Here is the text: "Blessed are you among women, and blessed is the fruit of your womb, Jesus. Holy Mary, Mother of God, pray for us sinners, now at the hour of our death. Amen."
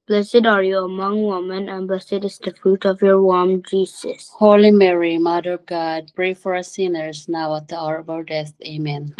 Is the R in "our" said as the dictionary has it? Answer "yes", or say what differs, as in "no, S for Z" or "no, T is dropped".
no, L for R